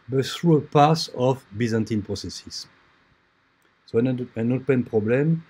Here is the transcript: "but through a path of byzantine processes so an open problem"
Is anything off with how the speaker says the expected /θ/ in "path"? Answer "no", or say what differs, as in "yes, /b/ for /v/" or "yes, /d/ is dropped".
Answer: yes, /s/ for /θ/